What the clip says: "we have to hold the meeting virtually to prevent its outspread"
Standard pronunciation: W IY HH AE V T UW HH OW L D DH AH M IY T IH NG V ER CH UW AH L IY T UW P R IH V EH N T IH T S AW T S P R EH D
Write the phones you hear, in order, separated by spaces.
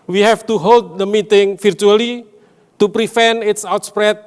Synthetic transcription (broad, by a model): W IY HH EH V T UW HH OW L D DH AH M IY T IH NG F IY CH UW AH L IY T UW P R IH F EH N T IH T S AW T S P R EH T